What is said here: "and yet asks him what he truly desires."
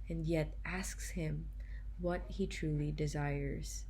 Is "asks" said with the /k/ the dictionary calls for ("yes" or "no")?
yes